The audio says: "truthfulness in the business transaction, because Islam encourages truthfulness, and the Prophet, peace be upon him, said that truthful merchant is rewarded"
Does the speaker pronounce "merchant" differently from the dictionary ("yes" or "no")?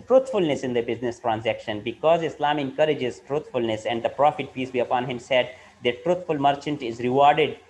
no